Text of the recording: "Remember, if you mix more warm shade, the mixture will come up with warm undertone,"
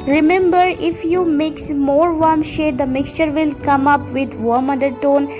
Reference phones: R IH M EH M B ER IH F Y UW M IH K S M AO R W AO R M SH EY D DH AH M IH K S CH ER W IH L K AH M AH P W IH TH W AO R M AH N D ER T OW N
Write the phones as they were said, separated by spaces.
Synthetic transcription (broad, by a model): R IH M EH M B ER IH F Y UW M IH K S M AO R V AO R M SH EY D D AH M IH K S CH ER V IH L K AH M AH P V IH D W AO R M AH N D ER T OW N